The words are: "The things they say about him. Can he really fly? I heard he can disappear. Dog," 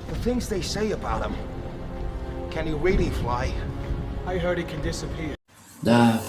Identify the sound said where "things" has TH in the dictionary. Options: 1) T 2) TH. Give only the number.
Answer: 2